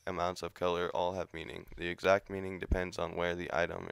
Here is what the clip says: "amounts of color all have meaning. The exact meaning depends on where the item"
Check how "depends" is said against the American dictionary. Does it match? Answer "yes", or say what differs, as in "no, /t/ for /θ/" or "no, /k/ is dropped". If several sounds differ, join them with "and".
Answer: yes